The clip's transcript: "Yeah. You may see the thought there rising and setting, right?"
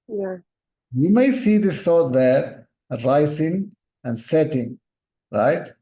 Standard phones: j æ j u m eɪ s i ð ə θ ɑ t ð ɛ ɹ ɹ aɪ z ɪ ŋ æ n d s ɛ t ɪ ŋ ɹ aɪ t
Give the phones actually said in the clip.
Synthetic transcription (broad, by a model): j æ j u m eɪ s i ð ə s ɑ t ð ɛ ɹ ɹ aɪ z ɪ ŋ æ n d s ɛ t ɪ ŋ ɹ aɪ t